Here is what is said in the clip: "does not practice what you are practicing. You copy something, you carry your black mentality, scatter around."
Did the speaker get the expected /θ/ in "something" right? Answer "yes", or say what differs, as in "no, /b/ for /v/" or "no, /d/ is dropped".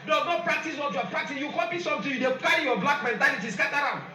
no, /t/ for /θ/